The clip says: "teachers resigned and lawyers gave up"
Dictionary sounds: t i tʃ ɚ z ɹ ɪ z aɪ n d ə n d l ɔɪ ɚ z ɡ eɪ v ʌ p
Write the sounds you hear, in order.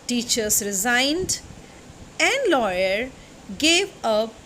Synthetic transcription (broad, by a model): t i tʃ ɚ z ɹ ɪ z aɪ n d ə n d l ɔɪ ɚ ɡ eɪ v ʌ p